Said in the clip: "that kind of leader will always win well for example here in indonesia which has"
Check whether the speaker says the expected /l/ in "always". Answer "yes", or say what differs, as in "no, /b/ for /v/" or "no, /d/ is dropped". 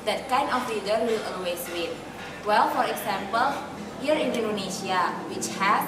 no, /l/ is dropped